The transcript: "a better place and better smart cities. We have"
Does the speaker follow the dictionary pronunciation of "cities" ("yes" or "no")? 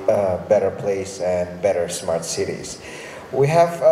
yes